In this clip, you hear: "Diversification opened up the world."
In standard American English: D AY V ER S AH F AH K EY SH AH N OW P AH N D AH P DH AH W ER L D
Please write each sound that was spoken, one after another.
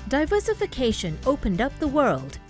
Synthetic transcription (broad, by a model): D AY V ER S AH F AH K EY SH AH N OW P AH N D AH P DH AH W ER L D